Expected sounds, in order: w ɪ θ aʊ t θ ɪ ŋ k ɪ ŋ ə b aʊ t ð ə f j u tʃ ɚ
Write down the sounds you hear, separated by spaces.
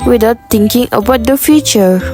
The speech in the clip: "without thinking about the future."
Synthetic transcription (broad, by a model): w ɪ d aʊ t t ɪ ŋ k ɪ ŋ ə b aʊ t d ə f j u tʃ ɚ